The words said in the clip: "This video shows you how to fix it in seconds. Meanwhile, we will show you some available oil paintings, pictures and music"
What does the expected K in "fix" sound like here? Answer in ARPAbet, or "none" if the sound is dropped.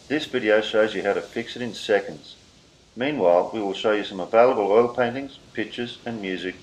K